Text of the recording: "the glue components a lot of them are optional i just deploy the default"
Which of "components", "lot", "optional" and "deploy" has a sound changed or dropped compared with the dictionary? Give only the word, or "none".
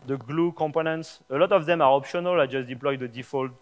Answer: none